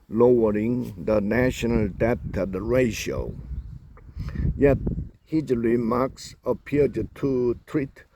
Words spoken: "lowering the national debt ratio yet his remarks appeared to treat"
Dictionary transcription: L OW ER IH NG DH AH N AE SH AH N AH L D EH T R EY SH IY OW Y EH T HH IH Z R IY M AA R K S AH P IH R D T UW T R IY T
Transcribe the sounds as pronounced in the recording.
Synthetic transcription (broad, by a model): L OW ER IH NG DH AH N AE SH AH N AH L D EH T R EY SH IY OW Y EH T HH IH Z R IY M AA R K S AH P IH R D T UW T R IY T